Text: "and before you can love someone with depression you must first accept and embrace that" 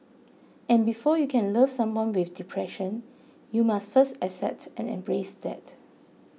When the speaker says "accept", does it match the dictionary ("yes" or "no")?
no